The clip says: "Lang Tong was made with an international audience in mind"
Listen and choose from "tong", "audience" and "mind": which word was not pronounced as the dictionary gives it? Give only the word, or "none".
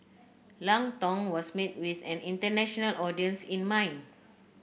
mind